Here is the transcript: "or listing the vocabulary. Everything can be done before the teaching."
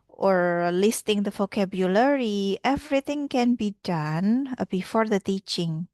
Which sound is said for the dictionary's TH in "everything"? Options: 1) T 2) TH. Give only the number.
1